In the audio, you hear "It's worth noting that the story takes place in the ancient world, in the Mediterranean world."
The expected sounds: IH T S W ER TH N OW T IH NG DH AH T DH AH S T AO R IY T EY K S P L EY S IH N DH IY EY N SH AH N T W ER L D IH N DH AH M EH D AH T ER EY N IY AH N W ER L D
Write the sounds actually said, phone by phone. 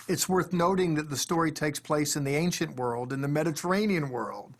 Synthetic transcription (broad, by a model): IH T S W ER TH N OW T IH NG DH AH T DH AH S T AO R IY T EY K S P L EY S IH N DH IY EY N SH AH N T W ER L D IH N DH AH M EH D AH T ER EY N IY AH N W ER L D